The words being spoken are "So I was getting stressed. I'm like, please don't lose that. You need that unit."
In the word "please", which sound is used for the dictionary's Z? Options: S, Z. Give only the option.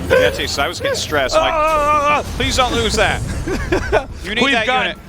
Z